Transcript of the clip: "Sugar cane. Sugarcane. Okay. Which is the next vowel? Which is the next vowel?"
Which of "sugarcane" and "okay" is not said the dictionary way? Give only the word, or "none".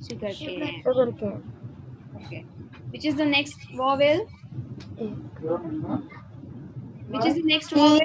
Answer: sugarcane